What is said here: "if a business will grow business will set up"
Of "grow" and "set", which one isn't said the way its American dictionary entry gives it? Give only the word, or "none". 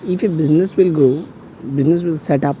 grow